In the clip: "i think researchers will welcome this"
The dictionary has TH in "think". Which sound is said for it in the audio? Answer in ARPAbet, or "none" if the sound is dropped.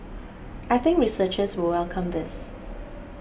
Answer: TH